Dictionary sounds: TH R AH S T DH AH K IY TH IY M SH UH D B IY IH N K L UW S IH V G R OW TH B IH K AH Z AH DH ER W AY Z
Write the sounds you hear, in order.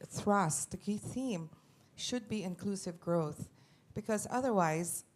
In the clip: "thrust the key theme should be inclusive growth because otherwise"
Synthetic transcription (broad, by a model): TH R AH S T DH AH K IY TH IY M SH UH D B IY IH N K L UW S IH V G R OW TH B IH K AH Z AH DH ER W AY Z